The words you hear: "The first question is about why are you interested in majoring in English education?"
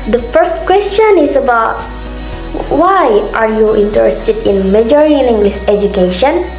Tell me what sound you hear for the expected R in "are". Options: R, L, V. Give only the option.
R